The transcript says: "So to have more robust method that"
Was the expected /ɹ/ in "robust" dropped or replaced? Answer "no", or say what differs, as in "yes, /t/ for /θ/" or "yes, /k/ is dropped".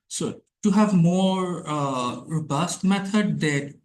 no